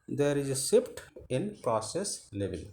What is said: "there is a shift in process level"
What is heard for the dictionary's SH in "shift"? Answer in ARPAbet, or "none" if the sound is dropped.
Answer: S